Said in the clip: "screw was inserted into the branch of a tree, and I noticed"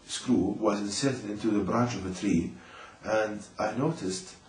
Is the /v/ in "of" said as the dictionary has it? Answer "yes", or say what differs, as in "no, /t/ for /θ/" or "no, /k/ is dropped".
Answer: yes